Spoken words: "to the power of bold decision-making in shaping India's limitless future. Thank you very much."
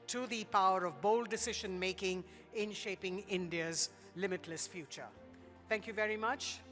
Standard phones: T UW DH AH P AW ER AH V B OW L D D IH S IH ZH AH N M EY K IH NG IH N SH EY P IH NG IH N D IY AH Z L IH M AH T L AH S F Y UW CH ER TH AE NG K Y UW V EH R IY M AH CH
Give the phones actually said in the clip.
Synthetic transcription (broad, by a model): T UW DH AH P AW ER AH V B OW L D D IH S IH ZH AH N M EY K IH NG IH N SH EY P IH NG IH N D IY AH Z L IH M AH T L AH S F Y UW CH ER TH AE NG K Y UW V EH R IY M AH CH